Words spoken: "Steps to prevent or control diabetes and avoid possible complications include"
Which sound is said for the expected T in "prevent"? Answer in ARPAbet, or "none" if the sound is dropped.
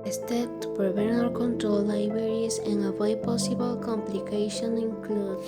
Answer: none